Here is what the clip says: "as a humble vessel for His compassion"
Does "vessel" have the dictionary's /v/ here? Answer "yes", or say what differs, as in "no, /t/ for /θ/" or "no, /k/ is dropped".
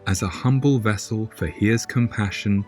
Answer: yes